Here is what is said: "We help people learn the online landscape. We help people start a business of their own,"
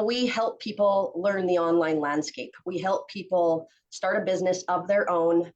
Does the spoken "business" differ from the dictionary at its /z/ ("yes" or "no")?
no